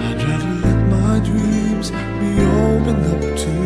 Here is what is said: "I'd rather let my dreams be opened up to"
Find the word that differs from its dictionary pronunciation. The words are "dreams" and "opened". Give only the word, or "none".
opened